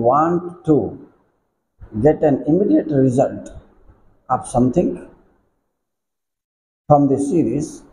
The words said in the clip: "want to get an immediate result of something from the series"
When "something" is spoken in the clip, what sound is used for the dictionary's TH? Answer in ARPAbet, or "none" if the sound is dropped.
T